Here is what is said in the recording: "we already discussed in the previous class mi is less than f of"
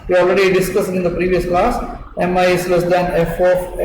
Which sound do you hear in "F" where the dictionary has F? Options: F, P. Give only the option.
F